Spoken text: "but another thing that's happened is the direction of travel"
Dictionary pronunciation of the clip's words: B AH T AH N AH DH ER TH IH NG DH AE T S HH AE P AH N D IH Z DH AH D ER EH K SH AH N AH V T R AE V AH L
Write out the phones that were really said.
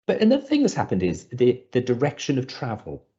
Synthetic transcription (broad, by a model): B AH T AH N AH DH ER TH IH NG DH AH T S HH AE P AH N D IH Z DH AH D ER EH K SH AH N AH V T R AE V AH L